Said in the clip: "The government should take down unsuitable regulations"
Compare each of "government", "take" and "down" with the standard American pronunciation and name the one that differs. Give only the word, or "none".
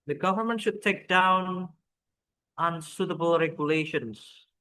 none